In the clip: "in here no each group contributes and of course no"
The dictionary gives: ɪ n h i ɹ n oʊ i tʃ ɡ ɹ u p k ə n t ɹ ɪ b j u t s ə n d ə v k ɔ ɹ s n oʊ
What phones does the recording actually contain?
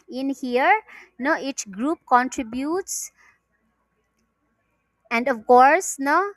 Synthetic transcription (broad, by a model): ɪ n h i ɹ n oʊ i tʃ ɡ ɹ u p k ə n t ɹ ɪ b j u t s ə n d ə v k ɔ ɹ s n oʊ